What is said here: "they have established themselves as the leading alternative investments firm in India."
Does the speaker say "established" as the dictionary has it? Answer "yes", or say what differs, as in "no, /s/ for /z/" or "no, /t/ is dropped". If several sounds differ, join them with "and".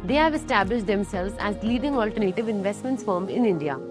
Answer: yes